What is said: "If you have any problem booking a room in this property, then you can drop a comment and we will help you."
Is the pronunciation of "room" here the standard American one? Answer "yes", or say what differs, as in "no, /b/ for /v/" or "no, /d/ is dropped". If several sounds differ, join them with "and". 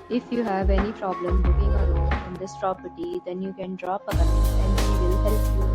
no, /m/ is dropped